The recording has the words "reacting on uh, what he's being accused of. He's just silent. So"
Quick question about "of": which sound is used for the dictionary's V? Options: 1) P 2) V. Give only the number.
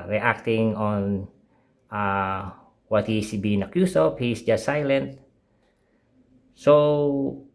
1